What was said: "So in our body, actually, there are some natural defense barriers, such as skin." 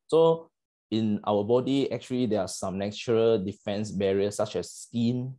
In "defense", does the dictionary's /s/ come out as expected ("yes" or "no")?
yes